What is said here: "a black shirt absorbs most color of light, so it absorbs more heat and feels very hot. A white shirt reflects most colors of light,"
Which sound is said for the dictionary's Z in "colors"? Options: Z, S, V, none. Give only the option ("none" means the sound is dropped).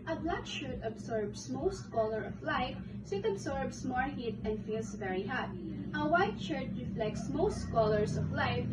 S